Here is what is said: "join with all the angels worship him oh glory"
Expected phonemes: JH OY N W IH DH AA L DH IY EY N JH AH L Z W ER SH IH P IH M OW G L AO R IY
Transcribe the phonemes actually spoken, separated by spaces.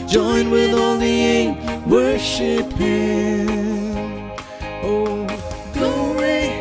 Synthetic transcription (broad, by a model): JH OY N W IH DH AA L DH IY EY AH W ER SH IH P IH OW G L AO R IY